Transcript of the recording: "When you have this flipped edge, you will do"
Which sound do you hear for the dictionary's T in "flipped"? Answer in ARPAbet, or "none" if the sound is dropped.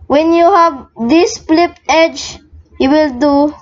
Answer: none